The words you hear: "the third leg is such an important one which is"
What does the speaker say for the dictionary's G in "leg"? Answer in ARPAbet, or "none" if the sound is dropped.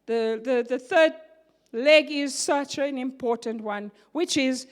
G